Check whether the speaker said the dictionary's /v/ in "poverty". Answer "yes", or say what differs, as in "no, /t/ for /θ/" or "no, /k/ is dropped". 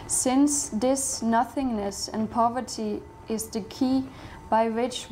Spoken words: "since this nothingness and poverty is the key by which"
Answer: yes